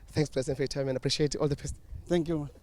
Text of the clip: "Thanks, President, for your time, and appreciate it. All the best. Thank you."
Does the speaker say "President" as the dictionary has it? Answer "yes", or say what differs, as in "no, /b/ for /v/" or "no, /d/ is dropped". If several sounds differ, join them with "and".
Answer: no, /l/ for /ɹ/